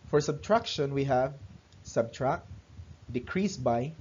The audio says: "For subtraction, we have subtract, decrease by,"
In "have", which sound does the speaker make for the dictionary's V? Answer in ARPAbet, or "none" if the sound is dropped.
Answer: V